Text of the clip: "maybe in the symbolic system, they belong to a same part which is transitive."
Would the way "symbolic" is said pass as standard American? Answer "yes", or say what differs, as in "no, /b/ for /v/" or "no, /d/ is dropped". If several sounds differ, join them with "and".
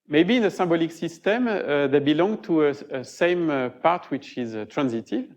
no, /m/ is dropped